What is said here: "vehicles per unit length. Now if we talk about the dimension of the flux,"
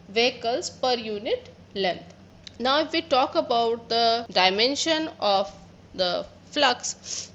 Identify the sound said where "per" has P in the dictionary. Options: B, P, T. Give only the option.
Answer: P